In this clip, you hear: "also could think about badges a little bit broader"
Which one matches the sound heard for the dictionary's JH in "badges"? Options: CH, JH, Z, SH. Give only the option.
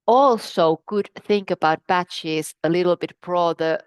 CH